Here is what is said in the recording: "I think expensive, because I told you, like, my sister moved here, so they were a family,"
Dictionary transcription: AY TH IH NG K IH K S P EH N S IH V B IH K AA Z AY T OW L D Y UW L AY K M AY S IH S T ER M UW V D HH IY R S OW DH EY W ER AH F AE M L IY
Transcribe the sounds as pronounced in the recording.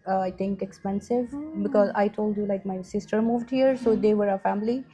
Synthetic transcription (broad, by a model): AY T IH NG K IH K S P EH N S IH V B IH K AA Z AY T OW L D Y UW L AY K M AY S IH S T ER M UW V D HH IY R S OW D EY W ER AH F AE M L IY